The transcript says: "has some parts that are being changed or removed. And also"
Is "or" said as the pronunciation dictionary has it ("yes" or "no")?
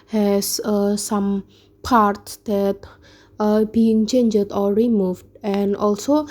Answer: no